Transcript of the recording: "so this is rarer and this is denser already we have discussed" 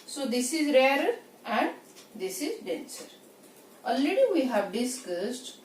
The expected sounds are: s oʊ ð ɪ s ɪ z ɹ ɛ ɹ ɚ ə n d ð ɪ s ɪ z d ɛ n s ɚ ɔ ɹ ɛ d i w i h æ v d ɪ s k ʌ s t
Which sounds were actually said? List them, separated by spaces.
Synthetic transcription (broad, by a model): s oʊ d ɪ s ɪ z ɹ ɛ ɹ ɚ ə n d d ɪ s ɪ z d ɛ n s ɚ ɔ l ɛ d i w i h æ v d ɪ s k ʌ s t